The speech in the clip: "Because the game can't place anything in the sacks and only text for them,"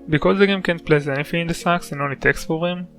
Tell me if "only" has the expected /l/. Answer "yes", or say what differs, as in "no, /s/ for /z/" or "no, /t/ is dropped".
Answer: yes